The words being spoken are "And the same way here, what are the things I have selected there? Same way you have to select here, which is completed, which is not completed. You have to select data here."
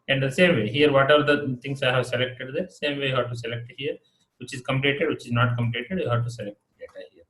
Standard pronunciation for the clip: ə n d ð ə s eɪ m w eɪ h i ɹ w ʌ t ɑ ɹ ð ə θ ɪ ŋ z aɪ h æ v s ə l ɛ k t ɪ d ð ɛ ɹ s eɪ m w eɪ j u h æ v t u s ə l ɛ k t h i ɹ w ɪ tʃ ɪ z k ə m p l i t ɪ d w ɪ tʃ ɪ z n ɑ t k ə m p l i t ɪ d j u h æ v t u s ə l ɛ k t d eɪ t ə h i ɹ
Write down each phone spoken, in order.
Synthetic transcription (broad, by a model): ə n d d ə s eɪ m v eɪ h i ɹ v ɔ t ɑ ɹ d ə t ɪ ŋ s aɪ h æ v s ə l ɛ k t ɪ d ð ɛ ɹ s eɪ m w eɪ j u h æ v t u s ə l ɛ k t h i ɹ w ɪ tʃ ɪ z k ə m p l i t ɪ d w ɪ tʃ ɪ z n ɑ t k ə m p l i t ɪ d j u h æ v t u s ə l ɛ k t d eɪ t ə h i ɹ